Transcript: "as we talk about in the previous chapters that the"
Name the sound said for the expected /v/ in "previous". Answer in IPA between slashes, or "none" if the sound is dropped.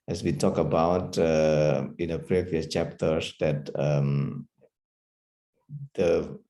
/v/